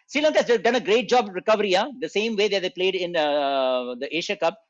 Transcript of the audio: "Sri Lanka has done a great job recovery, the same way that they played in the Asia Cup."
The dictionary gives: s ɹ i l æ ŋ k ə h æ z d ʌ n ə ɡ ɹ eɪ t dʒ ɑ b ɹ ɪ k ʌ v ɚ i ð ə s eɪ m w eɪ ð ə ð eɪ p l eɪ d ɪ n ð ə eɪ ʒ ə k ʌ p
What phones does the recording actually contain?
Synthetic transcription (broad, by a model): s ɹ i l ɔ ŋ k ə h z d ʌ n ə ɡ ɹ eɪ t dʒ ɑ b ɹ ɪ k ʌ v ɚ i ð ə s eɪ m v eɪ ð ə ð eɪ p l eɪ d ɪ n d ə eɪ ʃ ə k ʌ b